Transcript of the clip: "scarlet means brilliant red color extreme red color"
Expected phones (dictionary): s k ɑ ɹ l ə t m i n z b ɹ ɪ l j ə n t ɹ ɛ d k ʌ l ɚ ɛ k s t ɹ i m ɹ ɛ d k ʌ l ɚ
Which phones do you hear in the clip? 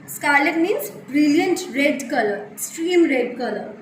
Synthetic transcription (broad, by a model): s k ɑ ɹ l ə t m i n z b ɹ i l j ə n t ɹ ɛ d k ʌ l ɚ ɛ s t ɹ i m ɹ ɛ d k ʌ l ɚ